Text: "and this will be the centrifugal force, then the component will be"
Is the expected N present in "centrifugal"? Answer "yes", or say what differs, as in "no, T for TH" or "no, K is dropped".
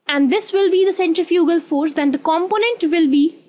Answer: yes